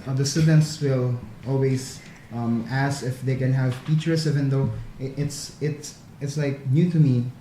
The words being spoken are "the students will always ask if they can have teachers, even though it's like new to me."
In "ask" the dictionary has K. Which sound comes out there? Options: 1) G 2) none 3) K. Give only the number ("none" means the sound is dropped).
2